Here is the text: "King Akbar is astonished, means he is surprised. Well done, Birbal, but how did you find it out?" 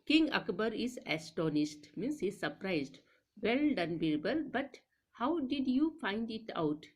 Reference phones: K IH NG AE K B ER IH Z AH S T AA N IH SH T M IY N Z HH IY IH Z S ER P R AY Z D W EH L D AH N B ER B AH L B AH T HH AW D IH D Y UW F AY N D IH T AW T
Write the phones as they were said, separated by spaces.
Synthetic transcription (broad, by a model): K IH NG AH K B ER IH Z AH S T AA N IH S T M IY N S HH IY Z S ER P R AY Z D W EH L D AH N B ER B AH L B AH T HH AW D IH D Y UW F AY N D IH T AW T